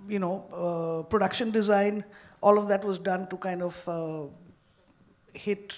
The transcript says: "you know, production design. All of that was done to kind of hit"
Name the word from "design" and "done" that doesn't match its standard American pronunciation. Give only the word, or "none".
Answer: none